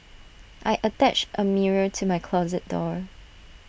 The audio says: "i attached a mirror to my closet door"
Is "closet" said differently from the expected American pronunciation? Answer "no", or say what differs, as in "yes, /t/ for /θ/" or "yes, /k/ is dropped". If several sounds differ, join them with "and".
no